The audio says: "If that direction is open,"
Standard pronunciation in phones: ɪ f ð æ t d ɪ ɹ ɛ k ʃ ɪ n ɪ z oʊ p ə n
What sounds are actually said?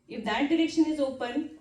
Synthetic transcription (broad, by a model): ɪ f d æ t d ɪ ɹ ɛ k ʃ ɪ n ɪ z oʊ p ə n